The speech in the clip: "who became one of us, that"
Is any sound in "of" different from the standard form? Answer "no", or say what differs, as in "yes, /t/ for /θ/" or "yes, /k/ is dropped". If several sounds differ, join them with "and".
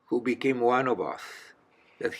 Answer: yes, /b/ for /v/